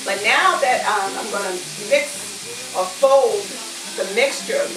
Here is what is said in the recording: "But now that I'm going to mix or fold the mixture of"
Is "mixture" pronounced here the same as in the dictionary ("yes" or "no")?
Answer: yes